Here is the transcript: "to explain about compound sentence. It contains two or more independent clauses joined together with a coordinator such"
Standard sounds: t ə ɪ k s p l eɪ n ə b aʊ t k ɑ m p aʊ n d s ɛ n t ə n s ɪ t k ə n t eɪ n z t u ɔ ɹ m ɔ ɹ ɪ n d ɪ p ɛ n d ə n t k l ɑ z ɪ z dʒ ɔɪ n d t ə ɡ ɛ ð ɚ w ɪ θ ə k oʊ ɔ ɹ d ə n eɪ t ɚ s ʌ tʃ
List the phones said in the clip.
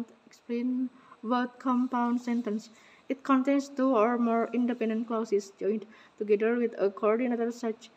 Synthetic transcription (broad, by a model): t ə k s p l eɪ n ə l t k ɑ m p aʊ n d s ɛ n t ə n s ɪ t k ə n t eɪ n s t u ɔ ɹ m ɔ ɹ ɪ n d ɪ p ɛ n d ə n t k l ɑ s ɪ s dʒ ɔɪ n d t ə ɡ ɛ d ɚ w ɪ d ə k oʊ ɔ ɹ d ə n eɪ t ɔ s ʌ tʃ